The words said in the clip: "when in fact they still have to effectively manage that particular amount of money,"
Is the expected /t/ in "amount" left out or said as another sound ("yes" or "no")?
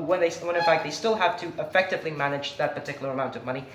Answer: no